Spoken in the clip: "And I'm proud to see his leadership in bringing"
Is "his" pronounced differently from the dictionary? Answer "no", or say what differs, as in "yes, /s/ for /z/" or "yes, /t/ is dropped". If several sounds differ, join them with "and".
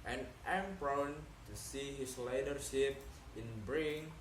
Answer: yes, /s/ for /z/